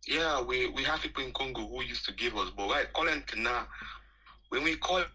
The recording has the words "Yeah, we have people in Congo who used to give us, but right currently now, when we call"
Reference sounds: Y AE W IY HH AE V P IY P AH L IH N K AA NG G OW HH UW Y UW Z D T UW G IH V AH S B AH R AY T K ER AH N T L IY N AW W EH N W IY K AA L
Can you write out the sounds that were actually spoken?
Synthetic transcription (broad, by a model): Y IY W IY HH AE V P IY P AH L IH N K AA NG G OW HH UW Y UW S T UW G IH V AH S B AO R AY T K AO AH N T IY N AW W EH N W IY K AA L